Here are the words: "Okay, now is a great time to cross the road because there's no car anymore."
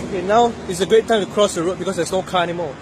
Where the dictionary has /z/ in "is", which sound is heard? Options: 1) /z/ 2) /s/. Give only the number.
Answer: 2